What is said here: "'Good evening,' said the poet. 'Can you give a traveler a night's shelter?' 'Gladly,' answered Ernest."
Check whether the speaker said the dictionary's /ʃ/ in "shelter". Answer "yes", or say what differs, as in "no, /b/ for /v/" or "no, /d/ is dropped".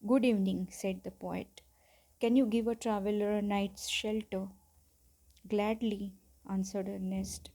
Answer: yes